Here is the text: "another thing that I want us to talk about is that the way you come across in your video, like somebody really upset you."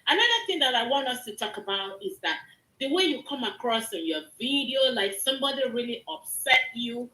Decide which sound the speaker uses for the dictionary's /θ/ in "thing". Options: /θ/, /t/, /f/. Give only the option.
/θ/